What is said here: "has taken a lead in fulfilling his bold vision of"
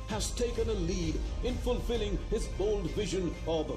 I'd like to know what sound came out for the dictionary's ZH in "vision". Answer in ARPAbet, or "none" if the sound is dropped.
ZH